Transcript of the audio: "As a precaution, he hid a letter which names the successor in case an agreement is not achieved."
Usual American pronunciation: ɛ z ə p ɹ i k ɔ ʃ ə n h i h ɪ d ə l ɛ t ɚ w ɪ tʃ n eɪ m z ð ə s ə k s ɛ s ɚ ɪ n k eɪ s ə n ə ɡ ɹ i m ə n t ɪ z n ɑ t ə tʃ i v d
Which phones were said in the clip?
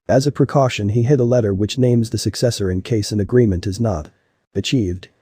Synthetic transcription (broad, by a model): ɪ z ə p ɹ i k ɔ ʃ ə n i h ɪ d ə l ɛ t ɚ w ɪ tʃ n eɪ m z ð ə s ə k s ɛ s ɚ ɪ n k eɪ s ə n ə ɡ ɹ i m ə n t ɪ z n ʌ t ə tʃ i v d